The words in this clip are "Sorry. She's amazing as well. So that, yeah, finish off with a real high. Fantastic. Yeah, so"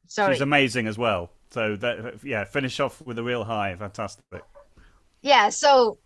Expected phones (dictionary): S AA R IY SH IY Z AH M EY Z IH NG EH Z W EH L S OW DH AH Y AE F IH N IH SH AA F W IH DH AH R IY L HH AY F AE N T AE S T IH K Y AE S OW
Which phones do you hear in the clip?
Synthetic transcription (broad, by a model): S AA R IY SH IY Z AH M EY Z IH NG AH Z W EH L S OW DH AH Y AE F IH N IH SH AA F W IH DH AH R IY L HH AY F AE N T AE S T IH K Y AE S OW